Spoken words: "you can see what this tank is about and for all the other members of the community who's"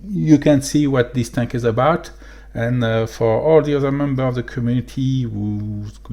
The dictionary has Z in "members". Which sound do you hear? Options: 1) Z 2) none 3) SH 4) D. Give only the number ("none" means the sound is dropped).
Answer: 2